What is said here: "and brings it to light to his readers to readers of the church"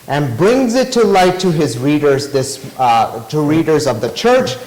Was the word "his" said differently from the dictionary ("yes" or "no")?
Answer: no